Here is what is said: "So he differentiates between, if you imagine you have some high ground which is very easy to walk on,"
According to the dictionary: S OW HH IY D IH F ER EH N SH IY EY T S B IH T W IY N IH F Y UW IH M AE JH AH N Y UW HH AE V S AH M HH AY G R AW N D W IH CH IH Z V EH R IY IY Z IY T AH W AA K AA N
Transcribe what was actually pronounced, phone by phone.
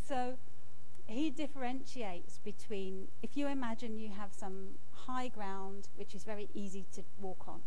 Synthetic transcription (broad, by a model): S OW HH IY D IH F ER EH N SH IY EY T S B IH T W IY N IH F Y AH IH M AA JH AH N Y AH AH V S AH M HH AY G R AW N D W IH CH IH Z V EH R IY IY Z IY T AH W AA K N